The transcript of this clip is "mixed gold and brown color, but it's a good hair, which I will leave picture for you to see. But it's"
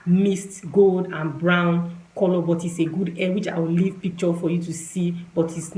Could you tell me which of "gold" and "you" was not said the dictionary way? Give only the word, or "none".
none